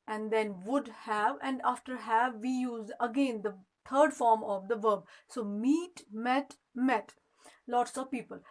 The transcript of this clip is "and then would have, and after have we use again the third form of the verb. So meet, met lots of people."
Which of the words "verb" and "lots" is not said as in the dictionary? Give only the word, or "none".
none